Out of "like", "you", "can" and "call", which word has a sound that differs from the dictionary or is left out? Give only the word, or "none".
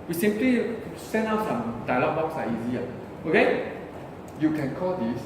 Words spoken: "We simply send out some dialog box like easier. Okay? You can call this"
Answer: like